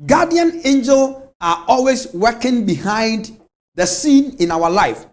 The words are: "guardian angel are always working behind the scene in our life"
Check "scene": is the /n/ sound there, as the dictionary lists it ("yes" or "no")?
yes